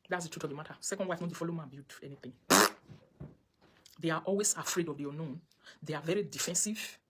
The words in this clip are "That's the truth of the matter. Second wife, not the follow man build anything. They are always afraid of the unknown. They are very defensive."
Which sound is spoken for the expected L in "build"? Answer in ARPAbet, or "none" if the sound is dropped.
none